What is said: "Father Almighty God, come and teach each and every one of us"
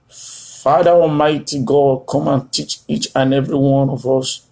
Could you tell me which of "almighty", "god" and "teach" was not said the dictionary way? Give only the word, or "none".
almighty